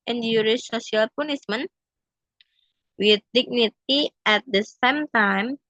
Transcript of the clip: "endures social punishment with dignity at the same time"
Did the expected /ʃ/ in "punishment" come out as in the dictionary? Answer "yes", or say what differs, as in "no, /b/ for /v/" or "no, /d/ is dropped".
no, /s/ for /ʃ/